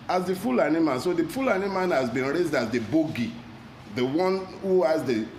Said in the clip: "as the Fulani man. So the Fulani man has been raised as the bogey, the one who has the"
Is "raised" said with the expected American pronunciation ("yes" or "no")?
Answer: yes